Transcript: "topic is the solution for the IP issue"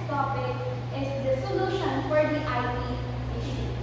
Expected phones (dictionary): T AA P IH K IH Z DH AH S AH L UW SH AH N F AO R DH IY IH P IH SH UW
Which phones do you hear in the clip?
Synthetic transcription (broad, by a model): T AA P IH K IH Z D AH S AH L UW SH AH N F AO R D IY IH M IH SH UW